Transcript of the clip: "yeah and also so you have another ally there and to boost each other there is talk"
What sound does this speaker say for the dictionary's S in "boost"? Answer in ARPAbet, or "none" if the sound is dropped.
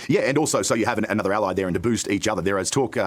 S